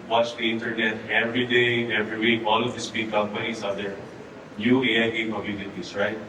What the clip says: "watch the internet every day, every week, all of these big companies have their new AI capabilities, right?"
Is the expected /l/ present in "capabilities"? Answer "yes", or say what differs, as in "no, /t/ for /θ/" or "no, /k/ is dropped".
no, /n/ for /l/